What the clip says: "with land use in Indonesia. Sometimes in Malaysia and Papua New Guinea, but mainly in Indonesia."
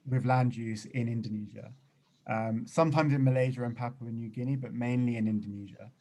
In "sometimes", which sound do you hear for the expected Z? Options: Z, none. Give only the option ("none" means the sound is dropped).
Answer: Z